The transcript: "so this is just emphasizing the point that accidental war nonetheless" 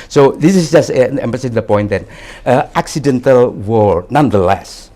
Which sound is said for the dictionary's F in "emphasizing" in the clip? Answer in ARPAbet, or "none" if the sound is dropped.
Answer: P